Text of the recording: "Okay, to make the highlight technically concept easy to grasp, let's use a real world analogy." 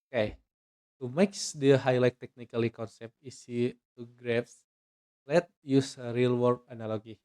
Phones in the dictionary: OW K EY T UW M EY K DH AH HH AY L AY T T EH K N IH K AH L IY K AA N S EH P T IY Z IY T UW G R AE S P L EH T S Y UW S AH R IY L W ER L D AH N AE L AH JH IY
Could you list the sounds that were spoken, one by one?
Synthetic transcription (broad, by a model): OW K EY T UW M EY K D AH HH AY L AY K T EH K N IH K AH L IY K AA N S EH P T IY S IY T UW G R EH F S L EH T Y UW S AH R IY L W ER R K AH N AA L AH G IY